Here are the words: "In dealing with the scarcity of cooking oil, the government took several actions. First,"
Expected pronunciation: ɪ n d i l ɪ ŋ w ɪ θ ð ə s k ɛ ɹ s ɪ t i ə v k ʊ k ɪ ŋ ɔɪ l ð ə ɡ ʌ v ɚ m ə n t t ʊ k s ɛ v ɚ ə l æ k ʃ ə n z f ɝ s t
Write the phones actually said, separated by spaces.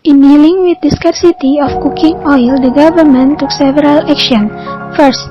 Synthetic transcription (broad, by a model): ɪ n d i l ɪ ŋ w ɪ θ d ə s k ɛ ɹ s ɪ t i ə f k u k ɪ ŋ ɔɪ l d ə ɡ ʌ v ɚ m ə n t t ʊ k s ɛ v ɚ ə l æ k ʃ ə n f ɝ s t